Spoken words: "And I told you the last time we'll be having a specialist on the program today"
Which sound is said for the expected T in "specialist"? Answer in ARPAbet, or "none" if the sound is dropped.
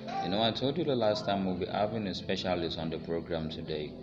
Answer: none